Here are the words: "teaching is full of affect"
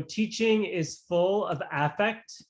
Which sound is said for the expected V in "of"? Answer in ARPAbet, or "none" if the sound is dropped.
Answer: V